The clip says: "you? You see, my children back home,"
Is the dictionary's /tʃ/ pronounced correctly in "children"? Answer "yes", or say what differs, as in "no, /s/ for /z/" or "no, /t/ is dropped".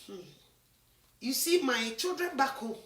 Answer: yes